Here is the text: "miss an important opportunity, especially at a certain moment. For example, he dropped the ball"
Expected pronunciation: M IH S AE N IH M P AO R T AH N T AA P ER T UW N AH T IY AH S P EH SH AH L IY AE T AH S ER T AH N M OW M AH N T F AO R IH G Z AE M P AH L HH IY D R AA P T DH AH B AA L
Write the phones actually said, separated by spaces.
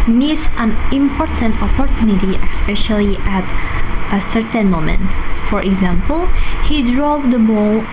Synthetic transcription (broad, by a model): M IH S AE N IH M P AO R T AH N T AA P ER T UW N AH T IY AH S P EH SH AH L IY AE T AH S ER T AH N M OW M AH N T F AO R IH G Z AE M P AH L HH IY D R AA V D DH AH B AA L